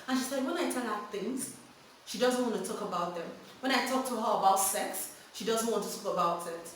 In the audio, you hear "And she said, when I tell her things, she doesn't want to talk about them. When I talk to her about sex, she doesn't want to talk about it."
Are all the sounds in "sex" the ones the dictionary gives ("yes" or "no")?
yes